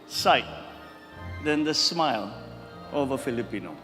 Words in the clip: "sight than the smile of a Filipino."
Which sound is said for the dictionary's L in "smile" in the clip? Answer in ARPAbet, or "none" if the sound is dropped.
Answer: L